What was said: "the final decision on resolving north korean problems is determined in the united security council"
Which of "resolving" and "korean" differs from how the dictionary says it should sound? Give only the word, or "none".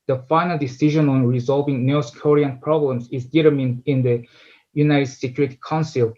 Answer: none